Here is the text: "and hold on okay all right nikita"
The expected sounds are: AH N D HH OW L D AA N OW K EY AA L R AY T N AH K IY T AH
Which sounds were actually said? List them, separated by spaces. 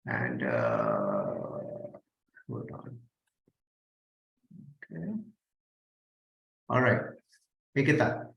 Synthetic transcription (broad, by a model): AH N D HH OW D AA N OW K EY AA L R AY T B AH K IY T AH